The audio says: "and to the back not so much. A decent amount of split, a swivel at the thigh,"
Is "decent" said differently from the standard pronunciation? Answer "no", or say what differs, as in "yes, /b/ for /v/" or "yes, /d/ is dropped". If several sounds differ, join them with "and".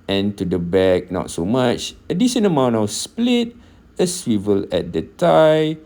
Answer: yes, /ʃ/ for /s/ and /t/ is dropped